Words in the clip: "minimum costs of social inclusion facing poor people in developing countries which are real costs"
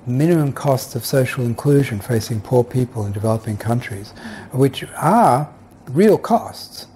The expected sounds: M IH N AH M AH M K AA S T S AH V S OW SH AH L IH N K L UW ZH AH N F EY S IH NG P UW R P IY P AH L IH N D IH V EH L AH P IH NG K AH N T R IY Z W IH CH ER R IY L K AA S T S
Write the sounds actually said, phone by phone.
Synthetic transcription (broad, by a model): M IH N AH M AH M K AA S T S AH V S OW SH L IH N K L UW ZH AH N F EY S IH NG P UW R P IY P AH L IH N D IH V EH L AH P IH NG K AH N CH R IY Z W IH CH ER R IY L K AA S T S